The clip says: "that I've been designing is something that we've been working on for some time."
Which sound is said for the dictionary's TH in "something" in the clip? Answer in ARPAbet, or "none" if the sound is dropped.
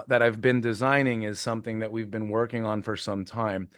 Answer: TH